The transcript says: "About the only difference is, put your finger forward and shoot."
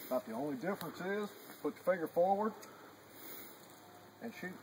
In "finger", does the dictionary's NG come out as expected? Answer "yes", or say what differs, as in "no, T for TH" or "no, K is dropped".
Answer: no, NG is dropped